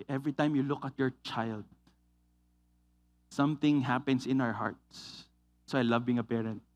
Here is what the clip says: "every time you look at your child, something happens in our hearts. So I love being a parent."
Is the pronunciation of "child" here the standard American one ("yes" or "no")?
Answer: yes